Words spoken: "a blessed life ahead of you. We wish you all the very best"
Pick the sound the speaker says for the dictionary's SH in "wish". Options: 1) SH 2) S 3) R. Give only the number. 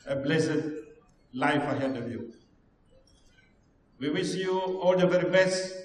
2